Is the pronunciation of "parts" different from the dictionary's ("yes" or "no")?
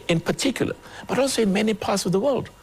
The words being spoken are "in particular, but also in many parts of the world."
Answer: no